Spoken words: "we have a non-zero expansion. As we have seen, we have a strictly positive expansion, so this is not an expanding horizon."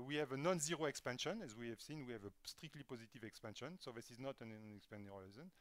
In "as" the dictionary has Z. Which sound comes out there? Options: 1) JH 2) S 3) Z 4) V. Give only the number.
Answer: 3